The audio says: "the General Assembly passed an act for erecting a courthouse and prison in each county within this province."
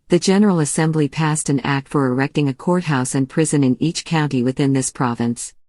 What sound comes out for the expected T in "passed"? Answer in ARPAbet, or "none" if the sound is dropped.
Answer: T